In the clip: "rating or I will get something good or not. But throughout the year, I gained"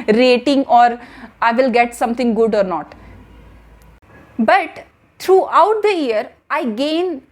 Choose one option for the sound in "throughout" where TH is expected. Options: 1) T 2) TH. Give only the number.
1